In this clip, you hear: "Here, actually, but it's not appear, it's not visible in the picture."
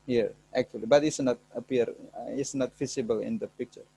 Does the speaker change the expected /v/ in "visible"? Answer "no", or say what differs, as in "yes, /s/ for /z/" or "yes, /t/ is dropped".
yes, /f/ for /v/